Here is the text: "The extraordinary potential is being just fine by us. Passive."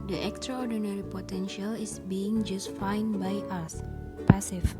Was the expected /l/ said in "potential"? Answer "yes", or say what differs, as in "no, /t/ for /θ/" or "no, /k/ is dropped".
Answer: yes